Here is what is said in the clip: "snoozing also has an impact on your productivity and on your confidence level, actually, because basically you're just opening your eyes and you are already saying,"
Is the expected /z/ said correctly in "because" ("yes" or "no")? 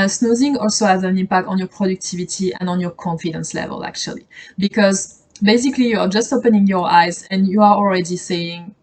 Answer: yes